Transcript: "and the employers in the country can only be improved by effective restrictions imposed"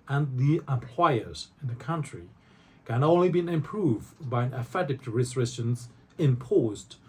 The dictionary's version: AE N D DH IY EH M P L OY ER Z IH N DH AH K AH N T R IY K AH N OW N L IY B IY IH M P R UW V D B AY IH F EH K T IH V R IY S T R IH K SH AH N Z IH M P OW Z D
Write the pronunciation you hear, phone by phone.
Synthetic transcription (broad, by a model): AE N DH IY EH M P L OY ER Z IH N DH AH K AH N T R IY K AH N OW N L IY B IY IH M P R UW V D B AY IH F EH T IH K R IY S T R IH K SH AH N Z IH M P OW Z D